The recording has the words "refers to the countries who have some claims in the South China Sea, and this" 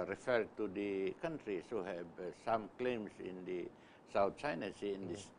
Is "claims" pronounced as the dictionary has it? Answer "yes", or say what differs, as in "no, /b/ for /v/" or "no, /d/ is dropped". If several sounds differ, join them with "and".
no, /s/ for /z/